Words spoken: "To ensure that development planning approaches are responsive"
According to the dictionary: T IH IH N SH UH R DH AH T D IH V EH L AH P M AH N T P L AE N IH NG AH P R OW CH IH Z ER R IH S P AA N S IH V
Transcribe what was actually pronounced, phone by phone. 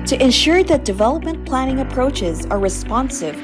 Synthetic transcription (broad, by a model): T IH IH N SH UH R DH AH T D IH V EH L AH P M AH N P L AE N IH NG AH P R OW CH IH Z ER R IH S P AA N S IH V